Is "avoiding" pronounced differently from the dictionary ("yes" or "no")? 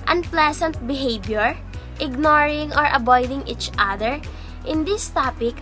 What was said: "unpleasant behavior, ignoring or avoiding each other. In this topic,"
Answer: yes